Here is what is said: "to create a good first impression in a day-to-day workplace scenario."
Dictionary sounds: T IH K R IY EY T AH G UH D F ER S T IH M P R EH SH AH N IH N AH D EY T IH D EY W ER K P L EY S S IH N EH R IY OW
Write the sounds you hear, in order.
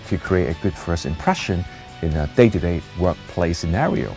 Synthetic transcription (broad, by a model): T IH K R IY EY T AH G UH D F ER S IH M P R EH SH AH N IH N AH D EY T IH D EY W ER K P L EY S S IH N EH R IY OW